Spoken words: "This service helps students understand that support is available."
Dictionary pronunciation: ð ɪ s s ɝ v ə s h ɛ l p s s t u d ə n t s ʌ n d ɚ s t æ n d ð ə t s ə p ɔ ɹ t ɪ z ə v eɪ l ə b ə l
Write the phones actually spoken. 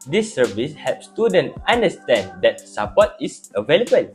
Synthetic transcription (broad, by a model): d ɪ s s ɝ v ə s h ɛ p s s t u d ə n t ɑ n d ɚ s t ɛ n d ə t s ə p ɔ t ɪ s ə v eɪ l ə b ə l